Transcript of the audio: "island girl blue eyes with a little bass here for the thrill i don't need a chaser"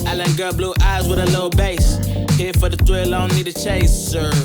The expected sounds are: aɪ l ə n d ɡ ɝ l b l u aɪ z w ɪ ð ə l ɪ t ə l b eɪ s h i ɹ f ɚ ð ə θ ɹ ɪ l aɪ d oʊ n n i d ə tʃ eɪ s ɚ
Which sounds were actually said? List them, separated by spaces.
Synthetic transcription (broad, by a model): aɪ l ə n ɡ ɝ b l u aɪ z w ɪ ð ə l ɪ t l b eɪ s h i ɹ f ɚ ð ə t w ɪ l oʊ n l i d ə tʃ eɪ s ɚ